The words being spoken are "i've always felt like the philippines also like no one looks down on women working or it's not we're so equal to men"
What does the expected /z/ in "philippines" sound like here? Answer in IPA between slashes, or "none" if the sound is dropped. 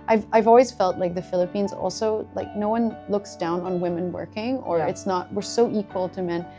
/z/